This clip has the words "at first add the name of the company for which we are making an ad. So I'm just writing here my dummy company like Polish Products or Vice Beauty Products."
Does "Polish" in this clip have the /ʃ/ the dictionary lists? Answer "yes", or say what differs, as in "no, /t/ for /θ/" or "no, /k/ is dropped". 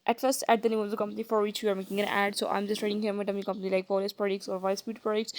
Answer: no, /s/ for /ʃ/